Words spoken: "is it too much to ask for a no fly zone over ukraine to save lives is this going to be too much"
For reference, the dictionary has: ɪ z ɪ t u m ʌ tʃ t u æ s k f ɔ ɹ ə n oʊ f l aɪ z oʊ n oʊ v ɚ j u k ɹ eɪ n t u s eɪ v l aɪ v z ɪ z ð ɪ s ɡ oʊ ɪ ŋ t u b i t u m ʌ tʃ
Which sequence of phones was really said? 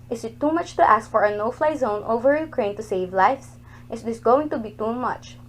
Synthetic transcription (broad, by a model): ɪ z ɪ t u m ʌ tʃ t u æ s k f ɔ ɹ ə n oʊ f l aɪ z oʊ n oʊ v ɚ j u k ɹ eɪ n t u s eɪ v l aɪ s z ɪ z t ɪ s ɡ oʊ ɪ ŋ t u b i t u m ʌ tʃ